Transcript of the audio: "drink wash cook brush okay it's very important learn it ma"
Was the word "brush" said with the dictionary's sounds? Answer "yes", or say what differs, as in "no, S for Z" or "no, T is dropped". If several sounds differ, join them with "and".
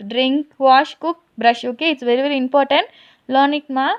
yes